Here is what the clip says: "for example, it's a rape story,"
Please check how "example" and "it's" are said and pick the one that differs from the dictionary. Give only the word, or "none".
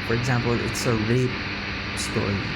none